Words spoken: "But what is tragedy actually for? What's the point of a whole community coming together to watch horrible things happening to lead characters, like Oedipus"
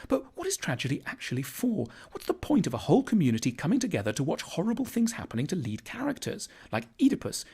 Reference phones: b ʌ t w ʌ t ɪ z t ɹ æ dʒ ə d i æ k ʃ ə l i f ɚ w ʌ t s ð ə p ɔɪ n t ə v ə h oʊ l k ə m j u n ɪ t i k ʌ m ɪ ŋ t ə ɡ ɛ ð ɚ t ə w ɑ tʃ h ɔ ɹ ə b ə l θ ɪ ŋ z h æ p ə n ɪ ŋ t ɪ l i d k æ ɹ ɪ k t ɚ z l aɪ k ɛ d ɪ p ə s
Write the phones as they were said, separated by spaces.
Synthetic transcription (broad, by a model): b ʌ t w ʌ t ɪ z t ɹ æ dʒ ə d i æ k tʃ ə l i f ɚ w ʌ t s ð ə p ɔɪ n t ə v ə h oʊ l k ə m j u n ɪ t i k ʌ m ɪ ŋ t ə ɡ ɛ ð ɚ t ə w ɑ tʃ h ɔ ɹ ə b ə l θ ɪ ŋ z h æ p ə n ɪ ŋ t ɪ l i d k æ ɹ ɪ k t ɚ z l aɪ k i d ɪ p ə s